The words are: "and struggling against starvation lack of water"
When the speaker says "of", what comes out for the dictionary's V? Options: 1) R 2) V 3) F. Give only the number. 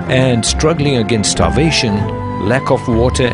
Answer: 3